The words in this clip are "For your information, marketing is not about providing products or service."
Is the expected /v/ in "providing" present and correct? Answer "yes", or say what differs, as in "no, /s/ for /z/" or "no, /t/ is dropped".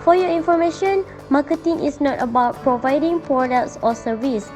yes